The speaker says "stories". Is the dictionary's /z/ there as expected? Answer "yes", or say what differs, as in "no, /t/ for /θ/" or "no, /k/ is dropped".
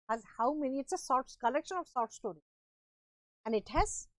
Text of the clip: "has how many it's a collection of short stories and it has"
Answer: no, /z/ is dropped